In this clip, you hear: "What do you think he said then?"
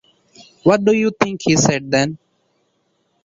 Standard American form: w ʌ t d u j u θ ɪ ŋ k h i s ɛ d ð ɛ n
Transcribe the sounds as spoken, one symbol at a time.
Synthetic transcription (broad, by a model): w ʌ t d u j u t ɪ ŋ k h i s ɛ d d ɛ n